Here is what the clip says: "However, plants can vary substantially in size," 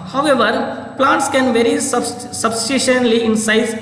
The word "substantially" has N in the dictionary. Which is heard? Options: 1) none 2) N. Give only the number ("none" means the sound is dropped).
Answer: 1